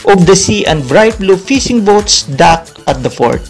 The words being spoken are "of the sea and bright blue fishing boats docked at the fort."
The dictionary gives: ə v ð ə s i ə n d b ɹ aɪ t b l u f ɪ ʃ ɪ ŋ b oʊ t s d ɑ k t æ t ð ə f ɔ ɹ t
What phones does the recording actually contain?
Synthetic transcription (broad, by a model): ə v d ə s i ə n d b ɹ aɪ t b l u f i s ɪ ŋ b oʊ t s d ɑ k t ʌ t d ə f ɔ ɹ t